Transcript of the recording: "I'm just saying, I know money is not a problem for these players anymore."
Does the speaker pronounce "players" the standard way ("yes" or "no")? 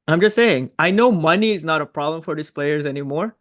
yes